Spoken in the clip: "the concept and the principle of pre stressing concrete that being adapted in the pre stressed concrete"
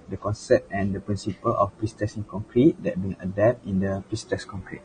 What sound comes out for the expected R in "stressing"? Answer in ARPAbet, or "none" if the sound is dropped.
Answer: none